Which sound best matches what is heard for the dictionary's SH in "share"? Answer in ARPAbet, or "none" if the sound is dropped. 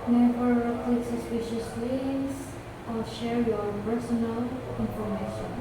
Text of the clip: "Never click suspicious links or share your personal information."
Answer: SH